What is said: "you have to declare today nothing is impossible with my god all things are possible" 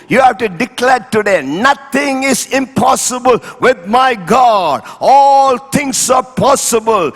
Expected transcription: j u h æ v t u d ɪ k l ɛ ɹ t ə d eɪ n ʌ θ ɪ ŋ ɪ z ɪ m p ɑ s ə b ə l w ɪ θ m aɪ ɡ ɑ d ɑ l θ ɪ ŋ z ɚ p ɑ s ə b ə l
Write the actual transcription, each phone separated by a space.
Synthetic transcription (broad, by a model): j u h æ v t u d ɪ k l ɛ ɹ t ə d eɪ n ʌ t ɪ ŋ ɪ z ɪ m p ɑ s ə b ə l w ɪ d m aɪ ɡ ɑ d ɑ l t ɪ ŋ s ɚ p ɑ s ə b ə l